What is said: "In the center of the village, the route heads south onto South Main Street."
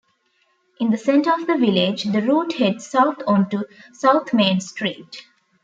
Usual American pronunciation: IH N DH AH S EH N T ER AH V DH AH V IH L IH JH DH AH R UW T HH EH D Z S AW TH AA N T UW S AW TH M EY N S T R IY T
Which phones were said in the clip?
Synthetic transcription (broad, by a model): IH N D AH S EH N T ER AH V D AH V IH L IH JH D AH R UW T HH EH D S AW T AA N T UW S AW T M EY N S T R IY T